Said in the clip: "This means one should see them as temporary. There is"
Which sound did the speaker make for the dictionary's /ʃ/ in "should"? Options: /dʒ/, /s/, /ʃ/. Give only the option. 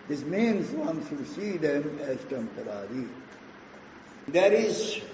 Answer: /s/